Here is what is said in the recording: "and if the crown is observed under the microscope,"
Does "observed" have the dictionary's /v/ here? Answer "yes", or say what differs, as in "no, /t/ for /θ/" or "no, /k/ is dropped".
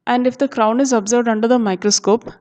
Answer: yes